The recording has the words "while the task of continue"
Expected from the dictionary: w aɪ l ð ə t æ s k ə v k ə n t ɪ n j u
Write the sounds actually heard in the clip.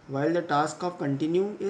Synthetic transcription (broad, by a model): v aɪ l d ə t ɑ s k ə p k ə n t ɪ n j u